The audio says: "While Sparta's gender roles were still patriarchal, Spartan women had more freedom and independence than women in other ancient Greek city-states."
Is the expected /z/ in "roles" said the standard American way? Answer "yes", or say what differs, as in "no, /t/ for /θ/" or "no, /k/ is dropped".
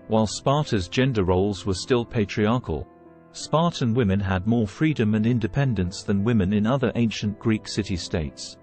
yes